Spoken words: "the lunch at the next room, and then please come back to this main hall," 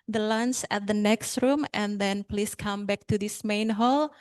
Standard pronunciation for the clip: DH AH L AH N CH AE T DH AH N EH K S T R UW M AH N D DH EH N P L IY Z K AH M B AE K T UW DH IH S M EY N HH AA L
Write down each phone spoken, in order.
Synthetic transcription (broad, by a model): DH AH L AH N S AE T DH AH N EH K S T R UW M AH N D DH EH N P L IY S K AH M B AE K T UW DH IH S M EY N HH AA L